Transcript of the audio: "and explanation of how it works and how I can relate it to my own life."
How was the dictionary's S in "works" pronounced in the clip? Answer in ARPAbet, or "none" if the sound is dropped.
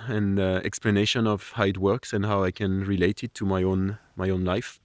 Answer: S